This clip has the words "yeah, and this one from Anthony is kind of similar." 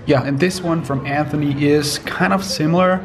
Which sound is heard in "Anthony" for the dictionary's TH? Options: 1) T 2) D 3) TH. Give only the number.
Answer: 3